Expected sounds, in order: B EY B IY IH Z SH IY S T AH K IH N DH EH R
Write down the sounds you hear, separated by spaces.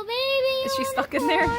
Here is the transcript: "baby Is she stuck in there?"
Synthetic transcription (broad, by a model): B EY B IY IH Z SH IY S T AH K IH N DH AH R